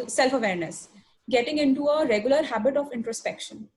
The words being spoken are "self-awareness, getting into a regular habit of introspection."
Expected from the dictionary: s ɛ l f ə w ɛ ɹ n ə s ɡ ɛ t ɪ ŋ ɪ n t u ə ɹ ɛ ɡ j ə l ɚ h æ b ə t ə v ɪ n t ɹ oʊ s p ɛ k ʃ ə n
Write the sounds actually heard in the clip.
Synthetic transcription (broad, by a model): s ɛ l f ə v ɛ ɹ n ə s ɡ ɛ t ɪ ŋ ɪ n t u ə ɹ ɛ ɡ j ə l ɚ h æ b ə t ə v ɪ n t ɹ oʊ s p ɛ k ʃ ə n